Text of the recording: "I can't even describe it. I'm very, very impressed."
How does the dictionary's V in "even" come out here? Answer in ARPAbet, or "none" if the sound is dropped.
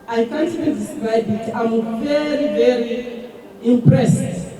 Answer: B